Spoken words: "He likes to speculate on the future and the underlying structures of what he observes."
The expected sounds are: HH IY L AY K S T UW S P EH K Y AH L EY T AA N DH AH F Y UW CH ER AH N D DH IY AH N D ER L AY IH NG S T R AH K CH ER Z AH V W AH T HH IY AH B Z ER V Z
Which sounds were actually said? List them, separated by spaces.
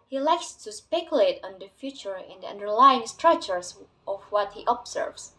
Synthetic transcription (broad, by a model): HH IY L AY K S T UW S P EH K Y AH L EY T AA N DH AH F Y UW CH ER AH N D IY AH N D ER L AY IH NG S T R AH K CH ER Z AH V W AH T HH IY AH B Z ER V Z